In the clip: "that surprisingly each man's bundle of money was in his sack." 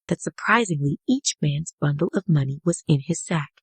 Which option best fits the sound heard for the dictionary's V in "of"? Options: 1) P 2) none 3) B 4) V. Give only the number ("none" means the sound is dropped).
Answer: 4